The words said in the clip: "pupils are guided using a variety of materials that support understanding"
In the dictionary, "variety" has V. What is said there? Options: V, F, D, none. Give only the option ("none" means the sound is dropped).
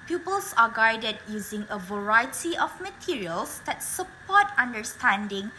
V